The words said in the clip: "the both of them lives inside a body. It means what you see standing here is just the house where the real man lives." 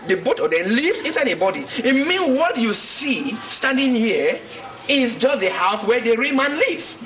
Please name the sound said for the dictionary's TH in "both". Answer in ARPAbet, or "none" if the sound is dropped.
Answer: T